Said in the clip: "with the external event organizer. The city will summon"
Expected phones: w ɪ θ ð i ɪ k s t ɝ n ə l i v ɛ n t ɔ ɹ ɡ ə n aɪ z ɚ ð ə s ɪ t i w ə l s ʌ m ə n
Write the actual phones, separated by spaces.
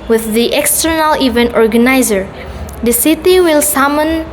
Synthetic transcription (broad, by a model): w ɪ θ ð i ɪ k s t ɝ n ə l i v ɛ n t ɔ ɹ ɡ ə n aɪ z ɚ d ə s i t i w ə l s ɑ m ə n